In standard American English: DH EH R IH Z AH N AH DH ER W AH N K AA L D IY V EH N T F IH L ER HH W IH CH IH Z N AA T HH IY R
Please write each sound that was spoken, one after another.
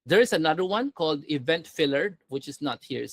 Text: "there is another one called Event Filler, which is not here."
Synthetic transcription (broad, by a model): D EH R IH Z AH N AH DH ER W AH N K AA L D IY V EH N T F IH L ER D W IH CH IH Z N AA T HH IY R